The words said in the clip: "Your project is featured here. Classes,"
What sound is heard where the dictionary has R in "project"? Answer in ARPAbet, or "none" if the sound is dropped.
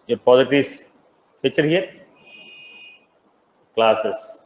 none